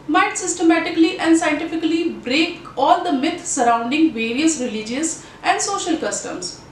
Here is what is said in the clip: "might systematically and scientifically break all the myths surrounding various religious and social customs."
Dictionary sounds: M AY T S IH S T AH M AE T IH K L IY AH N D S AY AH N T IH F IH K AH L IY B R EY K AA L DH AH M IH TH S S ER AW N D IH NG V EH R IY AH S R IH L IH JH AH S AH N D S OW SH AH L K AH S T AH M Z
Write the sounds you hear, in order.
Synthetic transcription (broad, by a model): M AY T S IH S T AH M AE T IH K L IY AH N D S AY AH N T IH F IH K AH L IY B R EY K AA L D AH M IH T S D AW N D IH NG V EH R IY AH S R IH L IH JH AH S AH N D S OW SH AH L K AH S T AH M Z